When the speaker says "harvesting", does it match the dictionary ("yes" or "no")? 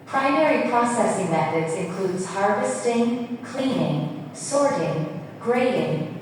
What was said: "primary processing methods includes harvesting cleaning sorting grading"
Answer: yes